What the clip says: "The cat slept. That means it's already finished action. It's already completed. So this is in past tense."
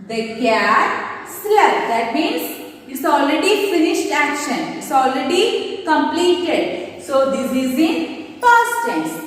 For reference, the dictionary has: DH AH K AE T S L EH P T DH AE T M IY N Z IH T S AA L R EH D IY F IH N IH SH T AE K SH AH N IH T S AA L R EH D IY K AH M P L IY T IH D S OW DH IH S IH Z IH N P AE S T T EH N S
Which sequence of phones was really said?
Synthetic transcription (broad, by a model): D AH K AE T S L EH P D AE T M IY N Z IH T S AA L R EH D IY F IH N IH SH T AE K SH AH N IH T S AA L R EH D IY K AH M P L IY T IH D S OW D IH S IH Z IH N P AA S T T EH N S